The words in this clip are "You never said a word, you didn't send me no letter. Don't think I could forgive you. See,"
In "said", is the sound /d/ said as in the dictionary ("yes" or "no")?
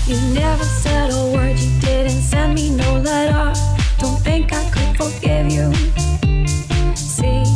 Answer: yes